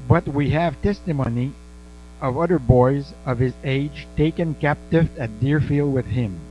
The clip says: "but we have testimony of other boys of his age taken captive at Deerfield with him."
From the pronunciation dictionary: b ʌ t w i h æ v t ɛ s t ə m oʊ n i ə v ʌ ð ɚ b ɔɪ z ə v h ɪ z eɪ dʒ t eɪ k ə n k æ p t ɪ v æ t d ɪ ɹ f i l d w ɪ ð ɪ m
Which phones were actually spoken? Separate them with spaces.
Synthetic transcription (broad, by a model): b ʌ t w i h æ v t ɛ s t ə m oʊ n i ə v ʌ ð ɚ b ɔɪ z ə v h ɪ z eɪ dʒ t eɪ k ə n k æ p t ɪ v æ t d ɪ ɹ f i l d w ɪ ð ɪ m